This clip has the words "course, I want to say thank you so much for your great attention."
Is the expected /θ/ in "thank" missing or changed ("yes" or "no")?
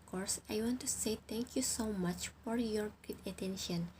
yes